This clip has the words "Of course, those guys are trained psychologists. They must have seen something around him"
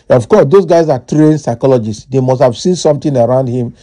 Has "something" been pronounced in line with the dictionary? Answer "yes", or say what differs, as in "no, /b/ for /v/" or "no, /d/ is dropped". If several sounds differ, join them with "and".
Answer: no, /t/ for /θ/